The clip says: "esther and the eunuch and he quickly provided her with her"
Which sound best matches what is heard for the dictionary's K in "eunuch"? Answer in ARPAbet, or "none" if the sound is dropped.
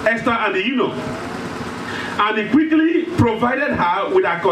none